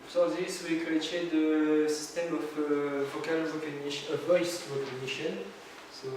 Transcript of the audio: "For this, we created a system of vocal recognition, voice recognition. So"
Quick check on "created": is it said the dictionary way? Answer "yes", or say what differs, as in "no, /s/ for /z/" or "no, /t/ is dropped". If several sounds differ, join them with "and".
no, /ɹ/ is dropped